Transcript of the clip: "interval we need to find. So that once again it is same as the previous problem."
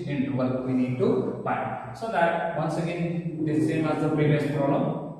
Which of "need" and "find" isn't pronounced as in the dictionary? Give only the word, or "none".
find